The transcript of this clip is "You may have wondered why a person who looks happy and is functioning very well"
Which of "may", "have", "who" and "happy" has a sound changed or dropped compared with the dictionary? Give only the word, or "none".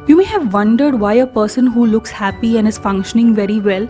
none